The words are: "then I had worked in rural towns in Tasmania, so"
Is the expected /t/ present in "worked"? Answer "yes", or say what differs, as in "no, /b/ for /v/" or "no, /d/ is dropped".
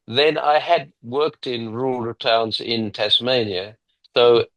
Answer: yes